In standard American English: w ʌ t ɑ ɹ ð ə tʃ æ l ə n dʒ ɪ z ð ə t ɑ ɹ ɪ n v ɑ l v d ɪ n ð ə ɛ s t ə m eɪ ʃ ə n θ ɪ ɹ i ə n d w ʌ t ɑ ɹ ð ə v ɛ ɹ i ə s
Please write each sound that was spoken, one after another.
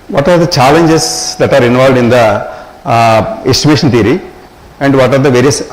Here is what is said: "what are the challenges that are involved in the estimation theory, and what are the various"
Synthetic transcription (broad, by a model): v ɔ t ɑ ɹ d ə tʃ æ l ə n dʒ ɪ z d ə t ɑ ɹ ɪ n v ɑ l v d ɪ n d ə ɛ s t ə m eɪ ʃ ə n t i ɹ i ə n d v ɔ t ɑ ɹ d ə v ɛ ɹ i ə s